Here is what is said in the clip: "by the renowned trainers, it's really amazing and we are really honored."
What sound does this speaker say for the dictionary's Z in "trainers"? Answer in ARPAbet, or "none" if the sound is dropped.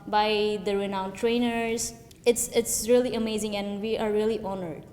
S